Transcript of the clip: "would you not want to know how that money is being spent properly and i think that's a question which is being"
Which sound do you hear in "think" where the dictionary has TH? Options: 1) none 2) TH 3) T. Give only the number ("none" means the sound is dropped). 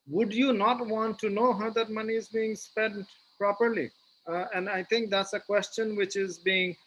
3